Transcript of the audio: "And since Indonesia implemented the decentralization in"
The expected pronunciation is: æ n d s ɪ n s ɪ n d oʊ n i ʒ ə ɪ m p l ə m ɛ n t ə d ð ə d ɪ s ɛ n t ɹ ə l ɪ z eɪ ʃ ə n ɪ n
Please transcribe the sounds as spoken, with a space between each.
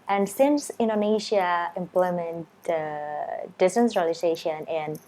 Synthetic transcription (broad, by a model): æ n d s ɪ n s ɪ n d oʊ n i ʃ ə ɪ m p l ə m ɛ n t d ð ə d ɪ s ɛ n s ɹ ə l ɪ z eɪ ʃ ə n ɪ n